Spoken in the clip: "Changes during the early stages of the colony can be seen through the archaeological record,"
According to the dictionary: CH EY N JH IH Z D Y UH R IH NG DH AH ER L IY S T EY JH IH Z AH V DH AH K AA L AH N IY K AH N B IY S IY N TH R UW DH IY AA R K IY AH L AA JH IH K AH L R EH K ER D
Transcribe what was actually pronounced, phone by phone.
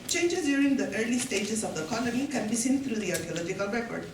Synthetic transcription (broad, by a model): CH EY N JH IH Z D Y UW R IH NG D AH ER L IY S T EY JH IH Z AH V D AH K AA L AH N IY K AH N B IY S IY N T R UW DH IY AA R K IY AH L AA JH IH K AH L R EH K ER D